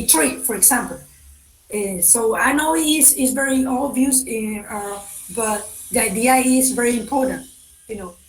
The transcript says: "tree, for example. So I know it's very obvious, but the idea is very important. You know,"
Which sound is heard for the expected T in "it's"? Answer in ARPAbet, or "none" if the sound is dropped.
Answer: S